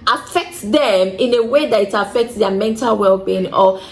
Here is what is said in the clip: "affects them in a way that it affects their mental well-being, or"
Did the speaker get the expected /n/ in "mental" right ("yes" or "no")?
yes